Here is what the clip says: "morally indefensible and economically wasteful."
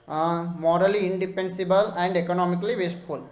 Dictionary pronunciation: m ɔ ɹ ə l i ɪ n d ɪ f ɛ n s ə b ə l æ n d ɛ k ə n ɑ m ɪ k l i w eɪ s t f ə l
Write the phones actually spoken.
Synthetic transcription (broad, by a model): m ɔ ɹ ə l i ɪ n d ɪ p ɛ n s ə b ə l æ n d ɛ k ə n ɑ m ɪ k l i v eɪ s t f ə l